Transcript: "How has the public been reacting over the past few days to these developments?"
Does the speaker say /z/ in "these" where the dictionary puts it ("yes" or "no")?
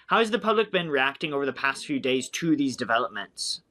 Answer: yes